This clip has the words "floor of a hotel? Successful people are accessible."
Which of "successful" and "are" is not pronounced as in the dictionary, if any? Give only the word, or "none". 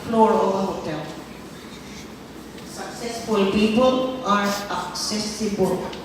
none